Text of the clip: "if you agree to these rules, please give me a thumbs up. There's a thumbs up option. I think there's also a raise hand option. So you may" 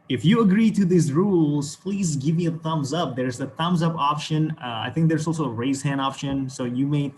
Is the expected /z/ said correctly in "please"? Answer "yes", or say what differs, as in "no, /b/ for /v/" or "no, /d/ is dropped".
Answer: yes